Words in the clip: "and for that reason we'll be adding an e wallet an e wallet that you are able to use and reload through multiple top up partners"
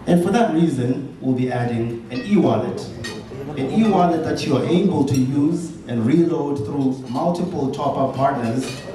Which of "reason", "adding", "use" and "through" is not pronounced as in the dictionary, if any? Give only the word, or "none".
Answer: none